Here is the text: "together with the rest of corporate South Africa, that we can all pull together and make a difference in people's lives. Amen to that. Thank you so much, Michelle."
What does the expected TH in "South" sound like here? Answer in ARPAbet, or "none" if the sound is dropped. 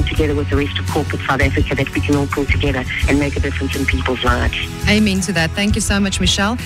TH